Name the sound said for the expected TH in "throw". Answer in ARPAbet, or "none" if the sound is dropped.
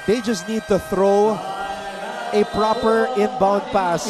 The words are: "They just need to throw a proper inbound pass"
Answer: TH